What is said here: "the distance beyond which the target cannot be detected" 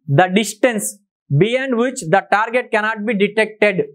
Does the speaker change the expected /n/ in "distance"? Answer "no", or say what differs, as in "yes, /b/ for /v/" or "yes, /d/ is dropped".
no